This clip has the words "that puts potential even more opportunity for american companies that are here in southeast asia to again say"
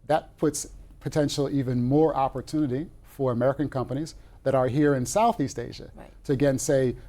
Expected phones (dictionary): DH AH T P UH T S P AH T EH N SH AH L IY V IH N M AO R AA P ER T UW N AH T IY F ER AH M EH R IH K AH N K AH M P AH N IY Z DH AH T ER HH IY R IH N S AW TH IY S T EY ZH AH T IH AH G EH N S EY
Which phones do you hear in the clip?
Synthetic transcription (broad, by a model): DH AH T P UH T S P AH T EH N SH L IY V IH N M AO R AA P ER T UW N AH T IY F ER AH M EH R IH K AH N K AH M P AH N IY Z DH AH T ER HH IY R IH N S AW TH IY S T EY ZH AH T IH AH G EH N S EY